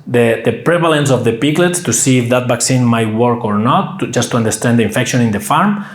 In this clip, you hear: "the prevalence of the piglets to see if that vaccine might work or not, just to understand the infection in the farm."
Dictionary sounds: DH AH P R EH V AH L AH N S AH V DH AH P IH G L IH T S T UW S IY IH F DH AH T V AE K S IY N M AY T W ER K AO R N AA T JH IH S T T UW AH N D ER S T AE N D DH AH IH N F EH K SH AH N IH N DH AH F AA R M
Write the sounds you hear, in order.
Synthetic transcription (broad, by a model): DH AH P R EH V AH L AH N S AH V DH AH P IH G L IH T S T UW S IY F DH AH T B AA K S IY N M AY T W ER K AO R N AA T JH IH S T T UW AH N D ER S T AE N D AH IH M F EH K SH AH N IH N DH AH F AA R M